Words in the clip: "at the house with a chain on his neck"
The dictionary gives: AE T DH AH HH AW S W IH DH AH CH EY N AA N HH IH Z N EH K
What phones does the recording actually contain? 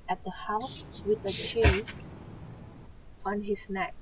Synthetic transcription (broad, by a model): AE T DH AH HH AW S W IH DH AH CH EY L AA N HH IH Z N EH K